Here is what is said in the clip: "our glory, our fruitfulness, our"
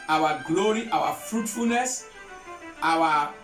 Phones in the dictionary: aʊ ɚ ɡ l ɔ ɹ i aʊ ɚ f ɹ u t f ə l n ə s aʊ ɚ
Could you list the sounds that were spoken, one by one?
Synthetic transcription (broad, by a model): aʊ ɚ ɡ l ɔ ɹ i aʊ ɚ f ɹ u t f ə l n ə s aʊ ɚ